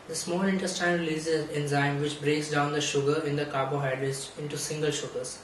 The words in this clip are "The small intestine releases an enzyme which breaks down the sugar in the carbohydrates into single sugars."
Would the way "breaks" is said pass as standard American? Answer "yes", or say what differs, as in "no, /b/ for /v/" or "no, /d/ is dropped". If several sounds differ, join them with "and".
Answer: yes